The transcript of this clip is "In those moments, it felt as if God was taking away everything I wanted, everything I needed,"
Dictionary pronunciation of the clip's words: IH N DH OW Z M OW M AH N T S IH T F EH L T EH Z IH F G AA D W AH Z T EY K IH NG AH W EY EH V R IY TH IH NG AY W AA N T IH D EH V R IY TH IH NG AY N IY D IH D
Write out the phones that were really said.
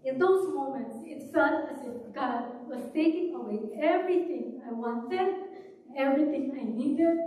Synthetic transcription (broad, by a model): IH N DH OW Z M OW M AH N T S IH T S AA T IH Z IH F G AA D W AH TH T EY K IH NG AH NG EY EH V R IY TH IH NG AY W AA N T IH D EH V R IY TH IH NG AY N IY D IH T